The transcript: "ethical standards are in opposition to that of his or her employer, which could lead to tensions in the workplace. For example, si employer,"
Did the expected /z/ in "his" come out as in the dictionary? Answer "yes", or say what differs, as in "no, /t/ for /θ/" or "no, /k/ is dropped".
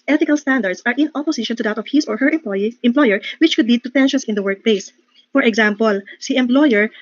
no, /s/ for /z/